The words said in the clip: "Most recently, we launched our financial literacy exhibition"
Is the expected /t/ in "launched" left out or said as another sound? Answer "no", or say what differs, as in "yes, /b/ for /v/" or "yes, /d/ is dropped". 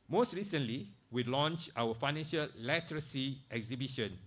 yes, /t/ is dropped